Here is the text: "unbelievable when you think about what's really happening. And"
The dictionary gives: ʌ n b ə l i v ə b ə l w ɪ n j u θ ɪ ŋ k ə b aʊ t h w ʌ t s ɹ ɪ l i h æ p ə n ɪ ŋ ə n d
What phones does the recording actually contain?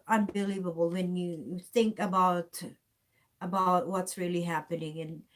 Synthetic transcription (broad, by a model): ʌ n b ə l i v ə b l w ɪ n j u θ ɪ ŋ k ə b aʊ t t w ʌ t s ɹ ɪ l i h æ p ə n ɪ ŋ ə n